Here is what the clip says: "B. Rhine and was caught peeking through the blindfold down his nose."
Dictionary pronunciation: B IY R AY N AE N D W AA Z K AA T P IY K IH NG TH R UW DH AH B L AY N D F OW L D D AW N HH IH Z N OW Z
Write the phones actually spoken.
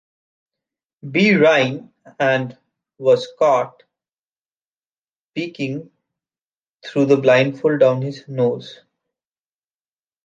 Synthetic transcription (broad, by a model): B IY R AY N AE N D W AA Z K AA T P IY K IH NG T R UW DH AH B L AY N D F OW L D D AW N HH IH Z N OW Z